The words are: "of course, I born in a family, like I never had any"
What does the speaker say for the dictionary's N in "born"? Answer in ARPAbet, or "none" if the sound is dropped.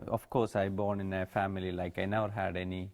N